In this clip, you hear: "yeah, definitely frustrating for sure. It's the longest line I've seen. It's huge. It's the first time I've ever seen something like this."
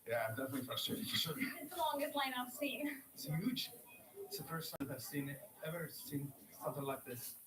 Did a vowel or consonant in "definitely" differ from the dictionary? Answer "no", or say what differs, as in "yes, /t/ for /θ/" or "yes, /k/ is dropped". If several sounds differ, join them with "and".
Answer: no